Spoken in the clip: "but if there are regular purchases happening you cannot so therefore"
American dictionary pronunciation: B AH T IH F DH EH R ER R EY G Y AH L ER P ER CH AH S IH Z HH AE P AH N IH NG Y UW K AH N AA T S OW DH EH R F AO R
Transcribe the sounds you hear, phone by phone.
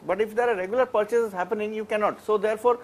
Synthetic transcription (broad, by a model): B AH T IH F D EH R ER R EY G Y AH L ER P ER CH AH S IH Z HH AE P AH N IH NG Y UW K AH N AA T S OW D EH R F AO R